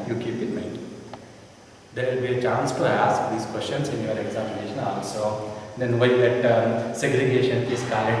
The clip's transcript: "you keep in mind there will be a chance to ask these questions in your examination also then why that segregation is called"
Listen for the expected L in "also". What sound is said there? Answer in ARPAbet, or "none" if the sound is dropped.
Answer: L